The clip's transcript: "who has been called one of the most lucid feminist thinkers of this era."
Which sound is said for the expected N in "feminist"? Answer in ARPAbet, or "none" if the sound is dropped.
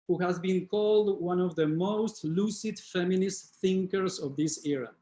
N